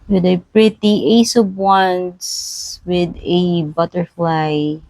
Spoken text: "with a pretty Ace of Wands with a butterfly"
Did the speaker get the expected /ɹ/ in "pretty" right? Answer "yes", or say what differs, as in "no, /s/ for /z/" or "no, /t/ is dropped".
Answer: yes